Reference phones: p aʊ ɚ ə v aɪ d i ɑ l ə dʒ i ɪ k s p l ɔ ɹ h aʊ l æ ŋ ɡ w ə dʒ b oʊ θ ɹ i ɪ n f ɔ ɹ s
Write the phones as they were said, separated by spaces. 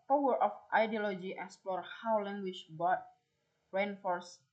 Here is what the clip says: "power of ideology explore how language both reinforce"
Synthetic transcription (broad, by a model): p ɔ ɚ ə f aɪ d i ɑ l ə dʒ i ɪ k s p l ɔ ɹ h aʊ l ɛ ŋ ɡ w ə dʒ b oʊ f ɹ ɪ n f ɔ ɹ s